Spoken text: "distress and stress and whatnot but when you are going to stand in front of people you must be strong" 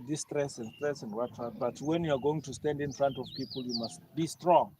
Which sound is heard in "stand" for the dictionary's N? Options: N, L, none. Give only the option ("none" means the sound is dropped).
N